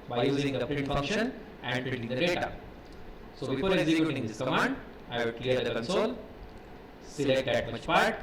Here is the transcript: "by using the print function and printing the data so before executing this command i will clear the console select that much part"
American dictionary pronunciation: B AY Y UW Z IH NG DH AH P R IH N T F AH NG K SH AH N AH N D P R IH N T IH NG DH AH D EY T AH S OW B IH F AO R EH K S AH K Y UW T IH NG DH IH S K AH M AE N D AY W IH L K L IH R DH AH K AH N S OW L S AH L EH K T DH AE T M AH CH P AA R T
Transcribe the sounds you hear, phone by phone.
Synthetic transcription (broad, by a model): B AY Y UW Z IH NG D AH P R IH N T F AH NG K SH AH N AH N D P IH T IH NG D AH D EY T AH S OW B IH F AO R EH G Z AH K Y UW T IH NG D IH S K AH M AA N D AY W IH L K L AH R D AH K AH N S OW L S AH L EH K T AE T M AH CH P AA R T